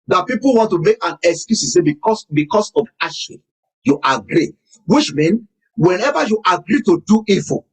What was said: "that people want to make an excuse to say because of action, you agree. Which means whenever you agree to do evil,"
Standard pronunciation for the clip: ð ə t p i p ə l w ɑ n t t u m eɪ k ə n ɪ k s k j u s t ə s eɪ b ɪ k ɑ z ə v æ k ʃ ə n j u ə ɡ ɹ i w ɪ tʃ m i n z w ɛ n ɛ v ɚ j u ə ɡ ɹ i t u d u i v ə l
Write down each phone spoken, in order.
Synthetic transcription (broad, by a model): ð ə t p i p ə l w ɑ n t t u m eɪ k ə n ɪ k s k j u s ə s eɪ b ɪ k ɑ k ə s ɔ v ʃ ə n j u ə ɡ ɹ i w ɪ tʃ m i n w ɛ n ɛ v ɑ j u ə ɡ ɹ i t u d u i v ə